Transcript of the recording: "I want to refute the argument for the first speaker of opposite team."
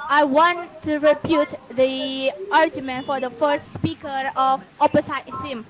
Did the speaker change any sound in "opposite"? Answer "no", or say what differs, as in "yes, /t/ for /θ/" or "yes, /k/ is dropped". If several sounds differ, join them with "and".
yes, /s/ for /z/